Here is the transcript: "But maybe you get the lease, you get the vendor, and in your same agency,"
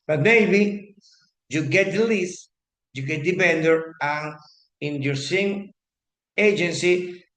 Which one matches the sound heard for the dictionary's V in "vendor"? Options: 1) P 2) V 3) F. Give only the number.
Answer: 1